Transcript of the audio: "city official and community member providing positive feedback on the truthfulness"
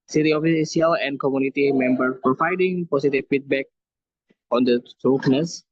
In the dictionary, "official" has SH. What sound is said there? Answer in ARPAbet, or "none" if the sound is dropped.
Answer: S